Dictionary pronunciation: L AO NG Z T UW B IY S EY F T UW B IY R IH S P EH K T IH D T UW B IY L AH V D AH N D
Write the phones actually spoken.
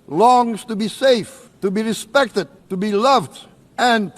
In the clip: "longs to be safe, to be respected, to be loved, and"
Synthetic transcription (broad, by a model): L AO NG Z T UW B IY S EY F T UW B IY R IH S P EH K T IH D T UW B IY L AH V D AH N